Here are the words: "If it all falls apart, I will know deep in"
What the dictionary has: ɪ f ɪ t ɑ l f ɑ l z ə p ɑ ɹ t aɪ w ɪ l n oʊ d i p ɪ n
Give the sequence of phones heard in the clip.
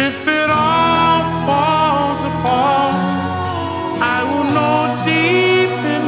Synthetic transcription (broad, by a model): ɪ f ɪ t ɑ l f ɑ l z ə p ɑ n aɪ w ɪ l n oʊ d i p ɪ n